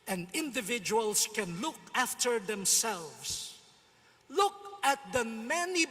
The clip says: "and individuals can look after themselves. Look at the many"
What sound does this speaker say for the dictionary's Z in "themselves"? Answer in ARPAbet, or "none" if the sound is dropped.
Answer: S